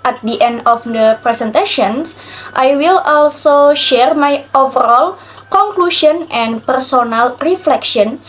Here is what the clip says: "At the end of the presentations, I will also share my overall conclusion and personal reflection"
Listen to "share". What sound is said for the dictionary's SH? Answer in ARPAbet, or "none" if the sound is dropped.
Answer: SH